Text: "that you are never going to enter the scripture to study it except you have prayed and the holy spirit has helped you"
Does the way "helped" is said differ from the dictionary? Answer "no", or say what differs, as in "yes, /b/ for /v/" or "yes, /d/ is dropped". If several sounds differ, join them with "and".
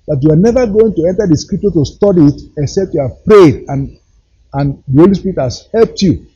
no